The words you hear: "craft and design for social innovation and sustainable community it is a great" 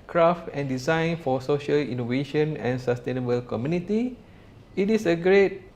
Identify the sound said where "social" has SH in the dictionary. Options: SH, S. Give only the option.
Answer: SH